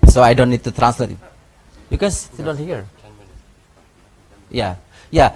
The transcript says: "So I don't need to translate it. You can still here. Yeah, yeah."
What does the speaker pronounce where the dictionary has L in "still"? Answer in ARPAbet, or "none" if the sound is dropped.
N